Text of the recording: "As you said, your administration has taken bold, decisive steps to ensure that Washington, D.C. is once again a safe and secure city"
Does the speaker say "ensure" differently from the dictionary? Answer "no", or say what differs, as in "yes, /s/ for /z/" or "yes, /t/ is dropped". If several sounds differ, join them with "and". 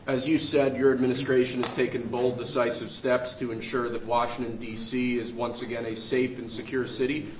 no